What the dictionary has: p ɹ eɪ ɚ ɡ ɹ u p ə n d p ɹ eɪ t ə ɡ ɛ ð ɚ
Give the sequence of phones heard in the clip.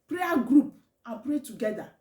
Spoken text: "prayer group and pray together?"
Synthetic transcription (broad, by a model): p ɹ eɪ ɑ ɡ ɹ u p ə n p ɹ eɪ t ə ɡ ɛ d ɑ